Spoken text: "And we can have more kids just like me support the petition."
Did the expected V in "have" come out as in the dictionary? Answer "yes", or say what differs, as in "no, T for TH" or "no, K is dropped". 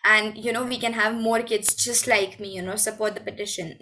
yes